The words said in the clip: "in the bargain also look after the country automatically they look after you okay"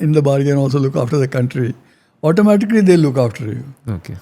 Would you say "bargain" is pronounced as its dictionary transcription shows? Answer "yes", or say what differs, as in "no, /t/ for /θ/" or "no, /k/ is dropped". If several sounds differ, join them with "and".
yes